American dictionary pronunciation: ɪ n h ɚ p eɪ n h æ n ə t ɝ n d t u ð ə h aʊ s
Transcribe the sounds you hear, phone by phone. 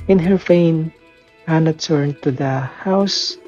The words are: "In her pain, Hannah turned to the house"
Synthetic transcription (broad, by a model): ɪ n h ɚ f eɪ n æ n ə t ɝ n t u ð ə h aʊ s